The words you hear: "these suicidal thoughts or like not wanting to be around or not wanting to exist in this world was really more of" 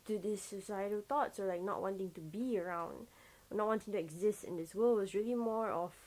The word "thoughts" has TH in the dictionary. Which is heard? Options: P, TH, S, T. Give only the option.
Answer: T